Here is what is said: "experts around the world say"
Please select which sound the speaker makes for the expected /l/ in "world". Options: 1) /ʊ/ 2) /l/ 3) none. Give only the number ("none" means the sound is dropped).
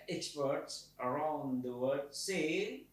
3